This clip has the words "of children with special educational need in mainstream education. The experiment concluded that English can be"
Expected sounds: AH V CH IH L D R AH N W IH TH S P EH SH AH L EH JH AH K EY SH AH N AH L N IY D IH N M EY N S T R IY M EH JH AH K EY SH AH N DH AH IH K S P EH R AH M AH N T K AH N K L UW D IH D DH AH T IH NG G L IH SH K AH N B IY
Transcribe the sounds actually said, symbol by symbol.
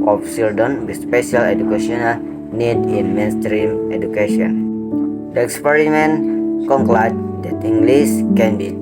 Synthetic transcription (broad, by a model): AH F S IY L D AH N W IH S P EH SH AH L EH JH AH K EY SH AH N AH L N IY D IH N M EY N S T R IY M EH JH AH K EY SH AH N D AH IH K S P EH R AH M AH N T K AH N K L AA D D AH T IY NG G L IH S K AH N B IY